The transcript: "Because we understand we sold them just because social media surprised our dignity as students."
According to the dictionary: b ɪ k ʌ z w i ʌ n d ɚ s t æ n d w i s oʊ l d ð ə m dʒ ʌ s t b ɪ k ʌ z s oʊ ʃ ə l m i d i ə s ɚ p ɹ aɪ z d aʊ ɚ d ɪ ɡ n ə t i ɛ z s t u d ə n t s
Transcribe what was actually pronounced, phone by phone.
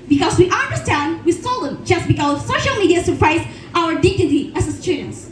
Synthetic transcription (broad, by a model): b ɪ k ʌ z w i ʌ n d ɚ s t æ n d w i s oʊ l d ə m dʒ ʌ s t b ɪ k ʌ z s oʊ ʃ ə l m i d i ə s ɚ p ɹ aɪ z aʊ ɚ d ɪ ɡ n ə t i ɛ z s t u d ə n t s